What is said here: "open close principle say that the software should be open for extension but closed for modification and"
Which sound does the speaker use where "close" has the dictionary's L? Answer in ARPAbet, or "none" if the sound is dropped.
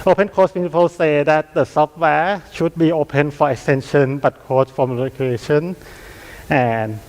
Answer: none